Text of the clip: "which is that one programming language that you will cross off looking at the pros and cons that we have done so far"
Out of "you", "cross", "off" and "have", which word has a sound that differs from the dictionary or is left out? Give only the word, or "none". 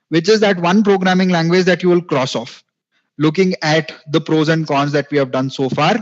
none